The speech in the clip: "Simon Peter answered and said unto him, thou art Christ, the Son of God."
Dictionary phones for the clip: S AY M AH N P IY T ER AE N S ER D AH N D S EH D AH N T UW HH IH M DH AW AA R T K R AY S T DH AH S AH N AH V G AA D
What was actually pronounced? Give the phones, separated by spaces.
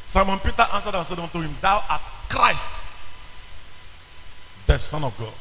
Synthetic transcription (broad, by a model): S AY M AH N P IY T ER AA N S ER D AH N S EH D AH N T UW HH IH M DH AW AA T K R AY S T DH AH S AH N AH V G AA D